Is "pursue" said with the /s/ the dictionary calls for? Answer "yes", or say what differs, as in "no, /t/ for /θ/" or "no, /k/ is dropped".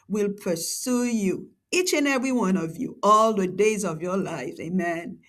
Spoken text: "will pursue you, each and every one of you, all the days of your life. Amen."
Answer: yes